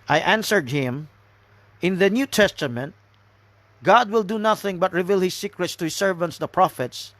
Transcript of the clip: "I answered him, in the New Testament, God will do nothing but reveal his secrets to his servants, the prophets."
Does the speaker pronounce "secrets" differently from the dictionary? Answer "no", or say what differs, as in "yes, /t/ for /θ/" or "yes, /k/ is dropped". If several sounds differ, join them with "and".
no